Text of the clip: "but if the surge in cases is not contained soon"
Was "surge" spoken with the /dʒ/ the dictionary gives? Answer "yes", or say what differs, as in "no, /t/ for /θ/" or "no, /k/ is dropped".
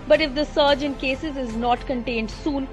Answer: yes